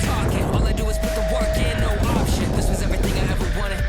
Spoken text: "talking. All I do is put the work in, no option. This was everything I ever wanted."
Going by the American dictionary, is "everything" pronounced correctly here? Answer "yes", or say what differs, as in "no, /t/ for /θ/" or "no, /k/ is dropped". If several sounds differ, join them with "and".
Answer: yes